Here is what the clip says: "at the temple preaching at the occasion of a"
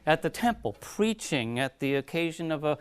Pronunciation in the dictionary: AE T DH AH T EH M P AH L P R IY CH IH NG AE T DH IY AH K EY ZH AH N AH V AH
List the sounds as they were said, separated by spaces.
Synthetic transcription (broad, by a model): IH T DH AH T EH M P L P R IY CH IH NG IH T DH IY AH K EY ZH AH N AH V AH